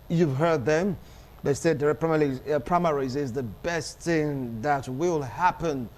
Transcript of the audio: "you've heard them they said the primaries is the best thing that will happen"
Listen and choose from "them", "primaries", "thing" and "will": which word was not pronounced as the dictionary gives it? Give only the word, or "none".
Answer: none